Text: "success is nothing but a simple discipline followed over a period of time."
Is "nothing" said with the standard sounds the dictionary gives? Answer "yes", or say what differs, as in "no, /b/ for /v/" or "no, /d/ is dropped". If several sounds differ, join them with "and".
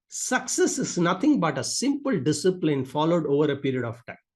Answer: no, /t/ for /θ/